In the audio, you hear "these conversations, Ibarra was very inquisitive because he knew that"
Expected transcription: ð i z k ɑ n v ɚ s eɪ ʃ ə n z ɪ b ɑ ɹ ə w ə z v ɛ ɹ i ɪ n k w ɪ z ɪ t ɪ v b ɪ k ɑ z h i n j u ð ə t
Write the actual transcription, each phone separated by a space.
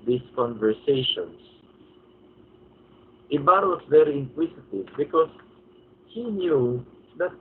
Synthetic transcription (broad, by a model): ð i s k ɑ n v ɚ s eɪ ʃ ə n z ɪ b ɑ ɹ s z v ɛ ɹ i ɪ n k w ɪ s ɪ t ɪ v b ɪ k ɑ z h i n j u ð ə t